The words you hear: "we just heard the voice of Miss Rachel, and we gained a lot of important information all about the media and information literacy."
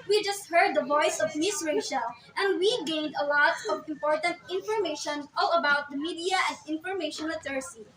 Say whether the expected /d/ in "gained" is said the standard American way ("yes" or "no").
yes